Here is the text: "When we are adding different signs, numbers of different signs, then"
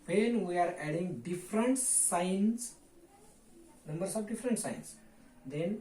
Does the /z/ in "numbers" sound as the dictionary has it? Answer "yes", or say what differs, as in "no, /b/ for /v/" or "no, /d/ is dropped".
no, /s/ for /z/